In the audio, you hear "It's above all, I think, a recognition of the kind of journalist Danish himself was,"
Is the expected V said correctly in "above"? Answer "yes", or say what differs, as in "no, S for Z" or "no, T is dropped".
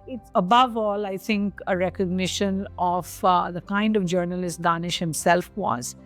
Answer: yes